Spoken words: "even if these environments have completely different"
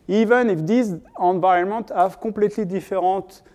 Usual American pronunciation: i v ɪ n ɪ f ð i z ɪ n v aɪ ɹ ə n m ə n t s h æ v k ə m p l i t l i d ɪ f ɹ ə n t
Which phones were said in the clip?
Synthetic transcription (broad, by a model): i v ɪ n ɪ f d i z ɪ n v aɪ ə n m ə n t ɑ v k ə p l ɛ t l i d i f ɹ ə t